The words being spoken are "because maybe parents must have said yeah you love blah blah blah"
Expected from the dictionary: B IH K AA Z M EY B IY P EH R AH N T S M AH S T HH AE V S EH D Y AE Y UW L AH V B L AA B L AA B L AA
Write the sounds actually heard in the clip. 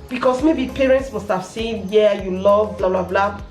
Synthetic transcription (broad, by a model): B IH K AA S M EY B IY P EH R AH N T S M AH S T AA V S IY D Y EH Y UW L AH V B L AA B L AA B L AA